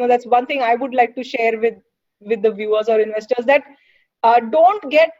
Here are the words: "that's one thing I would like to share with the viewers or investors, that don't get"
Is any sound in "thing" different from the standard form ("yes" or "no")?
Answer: yes